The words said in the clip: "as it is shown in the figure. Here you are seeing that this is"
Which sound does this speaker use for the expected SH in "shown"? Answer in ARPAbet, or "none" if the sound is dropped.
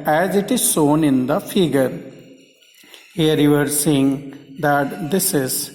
S